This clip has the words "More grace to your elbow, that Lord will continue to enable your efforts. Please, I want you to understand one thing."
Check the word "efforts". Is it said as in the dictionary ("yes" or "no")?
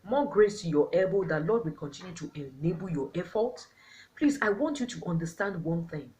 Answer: no